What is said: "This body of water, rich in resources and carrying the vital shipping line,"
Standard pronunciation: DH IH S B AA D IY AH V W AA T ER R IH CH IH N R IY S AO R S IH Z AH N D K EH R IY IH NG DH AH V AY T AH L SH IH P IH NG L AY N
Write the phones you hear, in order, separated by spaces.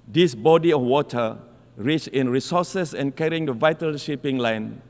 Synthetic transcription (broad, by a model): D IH S B AA D IY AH F W AA T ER R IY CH IH N R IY S AO S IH S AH N K EH R IY IH NG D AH V AY T AH L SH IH P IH NG L AY N